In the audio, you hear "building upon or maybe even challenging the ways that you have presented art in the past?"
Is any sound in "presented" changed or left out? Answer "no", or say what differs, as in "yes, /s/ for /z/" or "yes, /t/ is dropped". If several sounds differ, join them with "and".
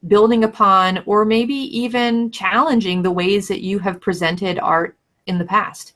no